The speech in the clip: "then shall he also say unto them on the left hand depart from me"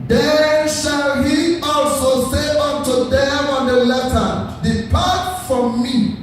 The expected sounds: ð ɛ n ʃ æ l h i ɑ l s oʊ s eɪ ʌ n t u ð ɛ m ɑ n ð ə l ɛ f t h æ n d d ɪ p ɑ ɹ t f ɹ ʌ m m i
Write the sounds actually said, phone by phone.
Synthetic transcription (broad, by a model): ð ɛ n ʃ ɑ l h i ɑ l s oʊ s eɪ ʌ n t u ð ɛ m ɑ n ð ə l ɛ t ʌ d d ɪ p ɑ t f ɹ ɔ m m i